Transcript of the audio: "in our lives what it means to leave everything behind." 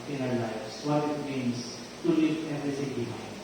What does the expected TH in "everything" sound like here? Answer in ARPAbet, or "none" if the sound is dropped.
S